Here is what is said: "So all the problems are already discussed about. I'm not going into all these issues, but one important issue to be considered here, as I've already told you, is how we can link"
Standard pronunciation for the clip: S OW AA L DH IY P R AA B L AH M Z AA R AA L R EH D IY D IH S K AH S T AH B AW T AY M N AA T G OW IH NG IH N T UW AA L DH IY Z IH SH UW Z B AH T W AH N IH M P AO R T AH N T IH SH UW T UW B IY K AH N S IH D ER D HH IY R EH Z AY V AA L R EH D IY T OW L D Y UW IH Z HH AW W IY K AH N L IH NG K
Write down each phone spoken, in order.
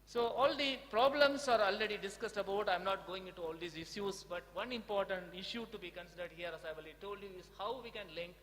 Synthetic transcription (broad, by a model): S OW AA L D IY P R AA B L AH M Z AA R AA L R EH D IY D IH S K AH S T AH B AW T AY M N AA T G OW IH NG IH N T UW AA L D IY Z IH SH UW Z B AH T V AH N IH M P AO R T AH N T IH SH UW T UW B IY K AH N S IH D ER D HH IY R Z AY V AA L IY T OW L D Y UW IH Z HH AW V IY K AH N L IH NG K